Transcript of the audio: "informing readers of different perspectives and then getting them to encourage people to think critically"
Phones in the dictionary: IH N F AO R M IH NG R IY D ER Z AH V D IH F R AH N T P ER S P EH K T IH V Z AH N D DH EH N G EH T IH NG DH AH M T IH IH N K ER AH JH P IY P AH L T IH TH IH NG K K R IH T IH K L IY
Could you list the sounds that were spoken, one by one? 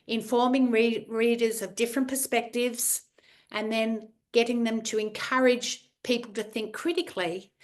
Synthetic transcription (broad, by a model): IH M F AO R M IH NG R IY D ER Z AH V D IH F R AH N P ER S P EH K T IH V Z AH N DH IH N G EH T IH NG DH AH M T IH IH N K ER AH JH P IY P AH L T IH TH IH NG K K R IH T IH K L IY